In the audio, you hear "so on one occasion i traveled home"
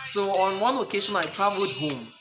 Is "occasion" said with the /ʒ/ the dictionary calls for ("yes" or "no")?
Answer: no